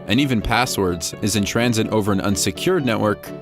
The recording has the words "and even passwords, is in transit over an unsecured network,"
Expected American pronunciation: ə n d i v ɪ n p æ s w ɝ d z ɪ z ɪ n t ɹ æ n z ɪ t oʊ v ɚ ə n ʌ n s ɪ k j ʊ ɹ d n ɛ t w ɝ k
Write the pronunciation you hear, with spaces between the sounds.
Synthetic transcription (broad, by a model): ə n i v ɪ n p æ s w ɝ d z ɪ z ɪ n t ɹ æ n z ɪ t oʊ v ɚ ə n ʌ n s ɪ k j ʊ ɹ d n ɛ t w ɝ k